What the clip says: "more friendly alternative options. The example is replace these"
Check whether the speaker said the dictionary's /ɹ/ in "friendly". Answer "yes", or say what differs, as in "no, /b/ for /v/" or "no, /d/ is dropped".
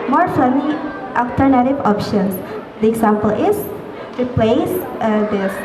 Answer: no, /ɹ/ is dropped